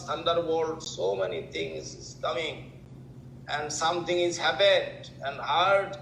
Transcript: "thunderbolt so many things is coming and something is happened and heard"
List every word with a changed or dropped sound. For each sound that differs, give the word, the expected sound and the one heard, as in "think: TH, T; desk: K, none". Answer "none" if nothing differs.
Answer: things: TH, T; something: TH, T; happened: N, none